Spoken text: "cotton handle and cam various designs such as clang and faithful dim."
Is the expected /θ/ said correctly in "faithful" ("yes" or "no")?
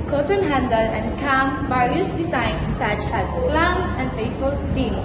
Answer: no